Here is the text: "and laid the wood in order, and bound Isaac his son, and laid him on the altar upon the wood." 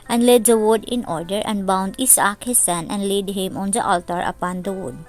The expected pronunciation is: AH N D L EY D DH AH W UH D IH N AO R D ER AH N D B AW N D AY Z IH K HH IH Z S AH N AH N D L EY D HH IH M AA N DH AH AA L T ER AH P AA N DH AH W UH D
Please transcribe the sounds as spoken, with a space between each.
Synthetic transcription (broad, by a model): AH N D L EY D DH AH W UH D IH N AO R D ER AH N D B AW N D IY S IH K HH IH S AH N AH N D L EY D HH IH M AA N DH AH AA L T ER AH P AA N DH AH W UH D